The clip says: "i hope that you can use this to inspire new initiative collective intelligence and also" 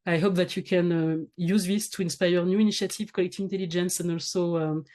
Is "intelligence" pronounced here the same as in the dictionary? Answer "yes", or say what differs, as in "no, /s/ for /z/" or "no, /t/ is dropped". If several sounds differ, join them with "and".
yes